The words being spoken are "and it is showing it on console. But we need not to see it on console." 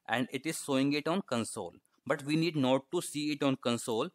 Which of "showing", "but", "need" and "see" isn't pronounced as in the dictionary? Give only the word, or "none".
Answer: showing